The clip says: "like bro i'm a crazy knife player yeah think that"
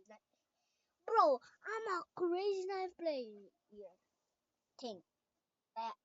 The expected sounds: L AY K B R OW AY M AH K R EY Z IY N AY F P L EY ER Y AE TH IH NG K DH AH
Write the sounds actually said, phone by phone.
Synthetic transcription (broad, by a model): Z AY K B R OW AY M AH K R EY Z IY N AY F P L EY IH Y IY T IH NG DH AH